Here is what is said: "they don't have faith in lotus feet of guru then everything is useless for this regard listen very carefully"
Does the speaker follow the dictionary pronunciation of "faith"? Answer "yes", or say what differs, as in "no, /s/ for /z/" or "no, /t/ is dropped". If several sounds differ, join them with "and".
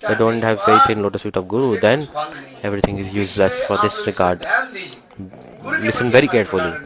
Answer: no, /t/ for /θ/